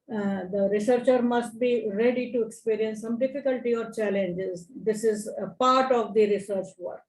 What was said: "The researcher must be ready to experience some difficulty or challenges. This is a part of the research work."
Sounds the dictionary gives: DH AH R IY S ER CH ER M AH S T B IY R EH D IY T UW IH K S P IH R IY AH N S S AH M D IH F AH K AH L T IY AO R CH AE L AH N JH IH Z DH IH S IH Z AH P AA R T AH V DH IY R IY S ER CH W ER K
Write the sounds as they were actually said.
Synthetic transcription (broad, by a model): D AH R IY S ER CH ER M AH S T B IY R EH D IY T UW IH K S P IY R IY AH N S S AH M D IH F AH K AH L T IY AO R CH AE L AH N JH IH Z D IH S IH Z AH P AA R T AH V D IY R IY S ER CH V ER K